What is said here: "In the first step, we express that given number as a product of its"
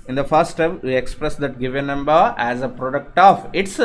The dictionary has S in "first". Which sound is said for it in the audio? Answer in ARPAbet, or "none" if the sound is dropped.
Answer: none